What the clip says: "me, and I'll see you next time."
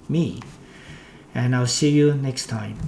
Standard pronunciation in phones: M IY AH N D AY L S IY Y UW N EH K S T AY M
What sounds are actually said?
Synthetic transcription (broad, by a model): M IY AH N AY L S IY Y UW N EH K S T AY M